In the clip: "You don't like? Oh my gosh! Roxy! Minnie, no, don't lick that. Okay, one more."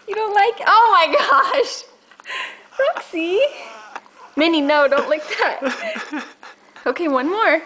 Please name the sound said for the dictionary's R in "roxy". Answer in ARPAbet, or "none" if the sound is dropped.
L